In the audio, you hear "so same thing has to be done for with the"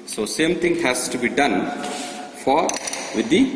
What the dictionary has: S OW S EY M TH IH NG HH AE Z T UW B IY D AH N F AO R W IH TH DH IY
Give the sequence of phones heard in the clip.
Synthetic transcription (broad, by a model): S OW S EY M T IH NG HH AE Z T UW B IY D AH N F AO R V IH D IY